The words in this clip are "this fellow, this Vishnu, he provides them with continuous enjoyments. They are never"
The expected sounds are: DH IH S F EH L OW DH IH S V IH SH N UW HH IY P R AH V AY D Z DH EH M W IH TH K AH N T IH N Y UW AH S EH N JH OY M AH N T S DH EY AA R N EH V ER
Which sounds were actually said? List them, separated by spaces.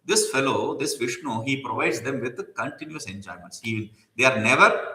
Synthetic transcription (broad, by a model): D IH S F EH L OW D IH S V IH SH N UW HH IY P R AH V AY D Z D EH M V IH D K AH N T IH N Y UW AH S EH N JH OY M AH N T S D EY AA R N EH V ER